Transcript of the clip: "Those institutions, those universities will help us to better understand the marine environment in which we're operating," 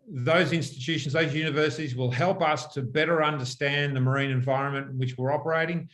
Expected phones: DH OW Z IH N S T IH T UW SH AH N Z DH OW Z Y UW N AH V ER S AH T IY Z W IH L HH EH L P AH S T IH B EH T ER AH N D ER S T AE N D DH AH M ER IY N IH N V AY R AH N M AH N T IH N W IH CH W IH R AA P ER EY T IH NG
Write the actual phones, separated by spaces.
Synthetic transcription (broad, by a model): DH OW Z IH N S T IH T UW SH N Z DH OW Z Y UW N AH V ER S AH T IY Z W IH L HH EH L P AH S T IH B EH T ER AH N D ER S T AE N DH AH M ER IY N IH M V AY R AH N M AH N T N W IH CH W IH R AA P ER EY T IH NG